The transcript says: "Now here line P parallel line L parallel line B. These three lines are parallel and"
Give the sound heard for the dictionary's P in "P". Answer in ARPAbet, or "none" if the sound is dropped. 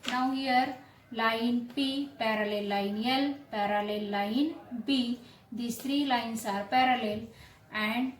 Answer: P